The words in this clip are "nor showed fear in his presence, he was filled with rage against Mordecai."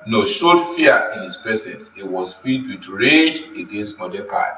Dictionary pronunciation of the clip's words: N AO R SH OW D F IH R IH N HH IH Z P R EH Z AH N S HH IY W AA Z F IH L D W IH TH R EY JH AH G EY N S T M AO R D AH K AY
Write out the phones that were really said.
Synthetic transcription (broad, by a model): N AO SH OW D F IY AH IH N HH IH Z P R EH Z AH N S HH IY W AA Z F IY D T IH R EY JH AH G EY N S T M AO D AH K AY